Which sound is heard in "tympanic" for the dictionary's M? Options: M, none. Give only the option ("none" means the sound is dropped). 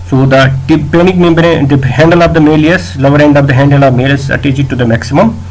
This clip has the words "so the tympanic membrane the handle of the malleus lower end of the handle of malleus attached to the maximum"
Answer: none